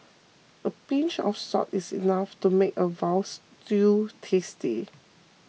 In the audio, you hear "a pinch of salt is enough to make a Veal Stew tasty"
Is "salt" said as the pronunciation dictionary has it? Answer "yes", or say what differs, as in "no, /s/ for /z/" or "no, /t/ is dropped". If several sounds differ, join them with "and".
no, /l/ is dropped